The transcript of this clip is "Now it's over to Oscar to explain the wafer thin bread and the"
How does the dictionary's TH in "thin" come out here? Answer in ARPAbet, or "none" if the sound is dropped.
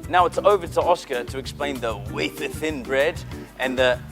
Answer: TH